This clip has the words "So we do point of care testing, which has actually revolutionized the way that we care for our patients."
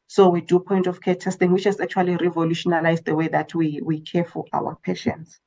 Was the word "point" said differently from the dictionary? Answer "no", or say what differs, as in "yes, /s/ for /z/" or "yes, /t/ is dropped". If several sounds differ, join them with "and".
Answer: no